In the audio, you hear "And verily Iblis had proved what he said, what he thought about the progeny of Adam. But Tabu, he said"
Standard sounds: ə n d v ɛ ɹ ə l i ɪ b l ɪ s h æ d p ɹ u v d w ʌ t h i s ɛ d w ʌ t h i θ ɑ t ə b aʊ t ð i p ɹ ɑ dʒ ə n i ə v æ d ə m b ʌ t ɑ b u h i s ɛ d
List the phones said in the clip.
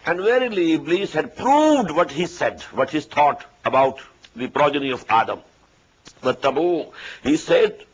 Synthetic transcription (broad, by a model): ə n d v ɛ ɹ ə l i b l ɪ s h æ d p ɹ u v d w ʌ t h i s ɛ d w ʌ t h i t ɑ t ə b aʊ t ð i p ɹ ɑ dʒ ə n i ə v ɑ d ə m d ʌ t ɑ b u h i s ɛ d